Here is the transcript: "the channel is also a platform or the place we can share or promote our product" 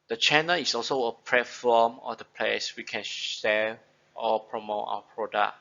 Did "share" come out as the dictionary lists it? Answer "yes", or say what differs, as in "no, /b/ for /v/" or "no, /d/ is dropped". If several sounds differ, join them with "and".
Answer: no, /l/ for /ɹ/